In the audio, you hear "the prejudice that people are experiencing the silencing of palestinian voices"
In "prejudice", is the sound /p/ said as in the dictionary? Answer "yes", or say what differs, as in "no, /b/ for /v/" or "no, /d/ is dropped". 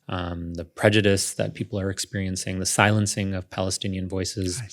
yes